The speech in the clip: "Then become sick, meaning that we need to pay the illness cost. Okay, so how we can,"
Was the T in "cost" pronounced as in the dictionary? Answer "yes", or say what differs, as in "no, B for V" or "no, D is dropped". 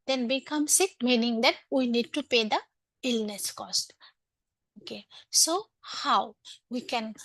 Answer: yes